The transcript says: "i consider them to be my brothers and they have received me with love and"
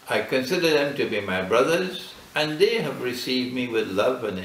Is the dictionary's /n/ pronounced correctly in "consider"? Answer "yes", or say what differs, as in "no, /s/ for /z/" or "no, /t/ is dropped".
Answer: yes